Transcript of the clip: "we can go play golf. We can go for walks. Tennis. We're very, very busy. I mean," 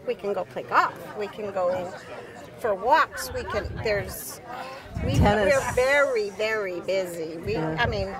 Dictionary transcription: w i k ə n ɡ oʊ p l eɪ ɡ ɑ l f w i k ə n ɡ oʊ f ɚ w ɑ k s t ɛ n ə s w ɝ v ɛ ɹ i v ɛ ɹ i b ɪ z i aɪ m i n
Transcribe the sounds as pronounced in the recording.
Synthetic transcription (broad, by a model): w i k ə n ɡ oʊ p l eɪ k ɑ f w i k ə n ɡ oʊ f ɚ w ɑ k s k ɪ n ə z w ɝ v ɛ ɹ i v ɛ ɹ i b ɪ z i aɪ m i n